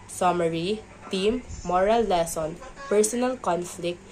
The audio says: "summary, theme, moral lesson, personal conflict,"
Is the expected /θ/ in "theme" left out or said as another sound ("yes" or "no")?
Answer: yes